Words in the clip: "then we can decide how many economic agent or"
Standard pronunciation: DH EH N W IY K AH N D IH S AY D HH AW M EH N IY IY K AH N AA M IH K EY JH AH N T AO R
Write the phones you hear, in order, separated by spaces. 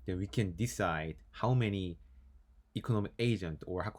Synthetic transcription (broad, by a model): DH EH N W IY K AH N D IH S AY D HH AW M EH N IY IY K AH N AA M IH K EY JH AH N T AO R